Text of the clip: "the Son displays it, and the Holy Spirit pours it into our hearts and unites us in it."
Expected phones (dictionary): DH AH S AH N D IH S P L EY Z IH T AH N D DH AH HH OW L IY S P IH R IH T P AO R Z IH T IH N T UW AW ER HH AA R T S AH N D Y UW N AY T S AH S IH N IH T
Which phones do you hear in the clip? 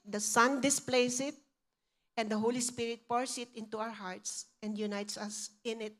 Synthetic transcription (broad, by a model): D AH S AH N D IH S P L EY S IH T AH N D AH HH OW L IY S P IH R IH T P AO R S IH T IH N T UW AW ER HH AA R T S AH N D Y UW N AY T S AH S IH N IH T